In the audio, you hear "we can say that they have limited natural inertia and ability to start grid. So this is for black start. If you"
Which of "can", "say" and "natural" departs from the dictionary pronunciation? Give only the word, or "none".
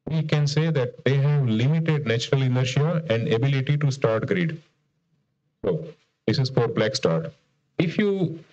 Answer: none